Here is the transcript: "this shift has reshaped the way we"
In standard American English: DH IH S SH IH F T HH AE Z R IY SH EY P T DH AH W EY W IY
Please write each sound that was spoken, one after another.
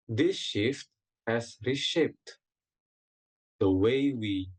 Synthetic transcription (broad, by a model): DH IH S SH IH F T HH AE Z R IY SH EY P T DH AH W EY W IY